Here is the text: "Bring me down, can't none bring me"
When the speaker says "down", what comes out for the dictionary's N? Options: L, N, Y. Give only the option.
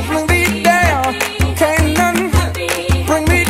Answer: L